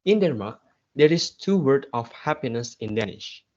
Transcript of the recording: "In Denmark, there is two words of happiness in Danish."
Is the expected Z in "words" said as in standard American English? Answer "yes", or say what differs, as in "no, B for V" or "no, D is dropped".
no, Z is dropped